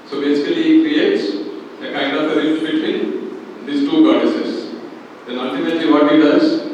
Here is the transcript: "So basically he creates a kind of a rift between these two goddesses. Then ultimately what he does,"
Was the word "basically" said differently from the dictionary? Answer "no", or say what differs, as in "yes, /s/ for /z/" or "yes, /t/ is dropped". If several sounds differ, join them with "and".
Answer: yes, /l/ is dropped